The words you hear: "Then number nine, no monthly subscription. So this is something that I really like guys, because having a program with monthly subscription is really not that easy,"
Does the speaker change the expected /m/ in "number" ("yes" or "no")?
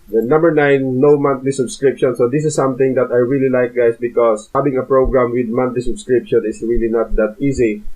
no